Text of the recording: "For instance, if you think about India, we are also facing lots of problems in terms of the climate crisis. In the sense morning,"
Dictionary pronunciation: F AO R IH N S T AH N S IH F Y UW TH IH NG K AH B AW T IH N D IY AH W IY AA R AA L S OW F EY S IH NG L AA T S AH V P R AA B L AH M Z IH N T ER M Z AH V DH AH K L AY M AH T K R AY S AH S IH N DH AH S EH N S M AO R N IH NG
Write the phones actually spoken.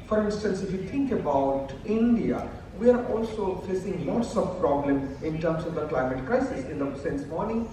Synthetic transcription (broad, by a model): F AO R IH N S T AH N S IH F Y UW T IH NG K AH B AW T IH N D IY AH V IY AA R AA L S OW F EY S IH NG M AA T S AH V P R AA B L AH M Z IH N T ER M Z AH V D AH K L AY M AH T K R AY S AH S IH N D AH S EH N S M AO R N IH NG